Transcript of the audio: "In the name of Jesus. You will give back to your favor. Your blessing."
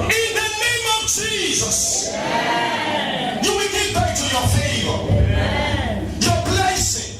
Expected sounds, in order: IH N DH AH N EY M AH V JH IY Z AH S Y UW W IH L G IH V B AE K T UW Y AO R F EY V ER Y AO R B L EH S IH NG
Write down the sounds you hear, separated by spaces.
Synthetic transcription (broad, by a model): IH N DH AH N EY M AH V JH IY Z AH S Y UW W IH L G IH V B AE K T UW Y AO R F EY V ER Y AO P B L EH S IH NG